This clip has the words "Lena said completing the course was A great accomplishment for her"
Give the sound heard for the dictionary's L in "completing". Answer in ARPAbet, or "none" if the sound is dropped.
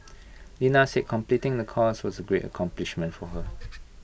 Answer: L